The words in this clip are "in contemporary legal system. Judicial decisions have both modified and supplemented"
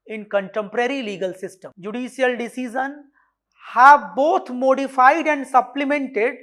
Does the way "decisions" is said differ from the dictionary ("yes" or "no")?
yes